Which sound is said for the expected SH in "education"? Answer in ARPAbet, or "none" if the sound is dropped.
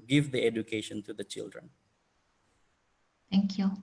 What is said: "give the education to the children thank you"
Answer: SH